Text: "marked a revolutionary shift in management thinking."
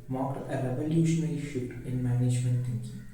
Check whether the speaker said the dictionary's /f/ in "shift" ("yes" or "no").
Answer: no